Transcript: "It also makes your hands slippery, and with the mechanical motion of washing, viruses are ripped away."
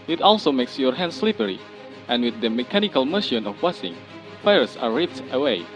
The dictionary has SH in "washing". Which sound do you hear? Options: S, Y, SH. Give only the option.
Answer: S